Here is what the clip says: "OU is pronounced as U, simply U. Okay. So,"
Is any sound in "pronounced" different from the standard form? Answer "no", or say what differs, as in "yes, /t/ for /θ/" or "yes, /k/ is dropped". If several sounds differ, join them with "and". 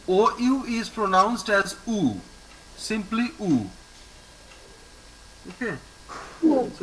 no